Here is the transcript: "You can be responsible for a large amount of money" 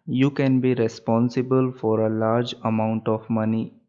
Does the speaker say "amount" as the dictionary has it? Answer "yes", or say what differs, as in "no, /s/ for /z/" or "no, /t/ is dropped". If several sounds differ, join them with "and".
yes